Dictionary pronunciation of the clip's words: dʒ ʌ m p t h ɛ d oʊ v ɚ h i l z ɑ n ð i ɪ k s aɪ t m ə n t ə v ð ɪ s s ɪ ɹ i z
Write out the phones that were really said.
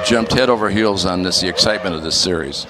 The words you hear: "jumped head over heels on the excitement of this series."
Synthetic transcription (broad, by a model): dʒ ʌ m p t h ɛ d oʊ v ɚ h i l z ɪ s ð i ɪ k s aɪ t m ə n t ə v ð ɪ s s ɪ ɹ i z